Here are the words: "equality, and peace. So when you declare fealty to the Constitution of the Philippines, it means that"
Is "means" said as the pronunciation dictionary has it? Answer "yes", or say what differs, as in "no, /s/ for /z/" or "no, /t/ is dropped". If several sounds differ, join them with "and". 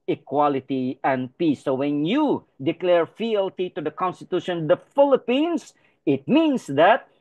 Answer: no, /s/ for /z/